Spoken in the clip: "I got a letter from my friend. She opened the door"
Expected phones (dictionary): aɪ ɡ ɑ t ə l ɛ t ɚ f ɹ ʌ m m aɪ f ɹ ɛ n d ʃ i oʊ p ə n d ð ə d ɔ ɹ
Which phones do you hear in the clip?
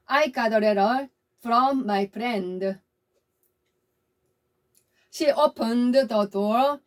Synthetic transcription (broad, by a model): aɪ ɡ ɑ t ə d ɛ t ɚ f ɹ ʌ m m aɪ p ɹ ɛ n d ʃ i oʊ p ə n d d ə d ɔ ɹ